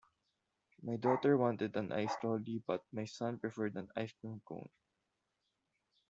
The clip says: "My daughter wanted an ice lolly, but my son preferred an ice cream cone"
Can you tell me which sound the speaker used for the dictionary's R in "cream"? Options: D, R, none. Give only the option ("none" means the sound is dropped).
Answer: none